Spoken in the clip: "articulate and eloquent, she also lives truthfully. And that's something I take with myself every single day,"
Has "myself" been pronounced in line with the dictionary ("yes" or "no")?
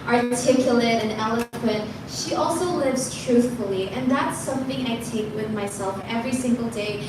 yes